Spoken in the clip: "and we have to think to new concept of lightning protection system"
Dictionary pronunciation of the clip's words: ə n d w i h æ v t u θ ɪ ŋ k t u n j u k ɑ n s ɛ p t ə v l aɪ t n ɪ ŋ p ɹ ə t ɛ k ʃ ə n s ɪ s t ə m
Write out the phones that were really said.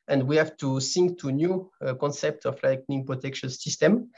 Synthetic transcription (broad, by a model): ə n d w i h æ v t u s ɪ ŋ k t u n j u k ɑ n s ɛ p t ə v l aɪ t n ɪ ŋ p ɹ ə t ɛ k ʃ ə n s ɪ s t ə m